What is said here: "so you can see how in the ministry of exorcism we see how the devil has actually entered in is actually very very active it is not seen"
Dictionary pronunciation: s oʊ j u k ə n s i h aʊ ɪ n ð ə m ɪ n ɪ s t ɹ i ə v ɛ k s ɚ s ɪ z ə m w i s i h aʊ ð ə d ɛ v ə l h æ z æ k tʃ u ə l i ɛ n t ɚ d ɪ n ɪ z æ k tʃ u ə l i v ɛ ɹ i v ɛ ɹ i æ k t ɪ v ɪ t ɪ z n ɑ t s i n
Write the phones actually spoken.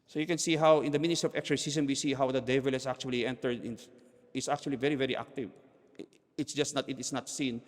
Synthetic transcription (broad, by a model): s oʊ j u k ə n s i h aʊ ɪ n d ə m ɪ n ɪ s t i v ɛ k s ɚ s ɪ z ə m w i s i h aʊ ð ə d ɛ v ə l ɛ s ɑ k tʃ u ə l i ɛ n t ɚ d ɪ n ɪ s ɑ k tʃ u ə l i v ɛ ɹ i v ɛ ɹ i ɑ k t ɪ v ɪ t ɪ s n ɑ t s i n